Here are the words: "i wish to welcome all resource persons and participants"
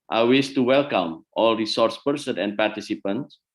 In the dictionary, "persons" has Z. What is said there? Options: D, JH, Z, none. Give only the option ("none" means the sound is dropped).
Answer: none